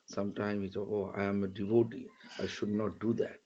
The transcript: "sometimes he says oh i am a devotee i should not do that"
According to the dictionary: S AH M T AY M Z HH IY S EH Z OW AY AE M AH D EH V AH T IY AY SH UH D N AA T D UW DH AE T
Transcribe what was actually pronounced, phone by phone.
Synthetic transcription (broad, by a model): S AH M T AY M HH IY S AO OW AY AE M AH D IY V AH T IY AY SH UH D N AA T D UW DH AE T